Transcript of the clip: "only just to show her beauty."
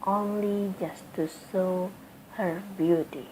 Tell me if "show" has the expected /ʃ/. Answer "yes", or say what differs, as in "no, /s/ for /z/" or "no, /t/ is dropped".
no, /s/ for /ʃ/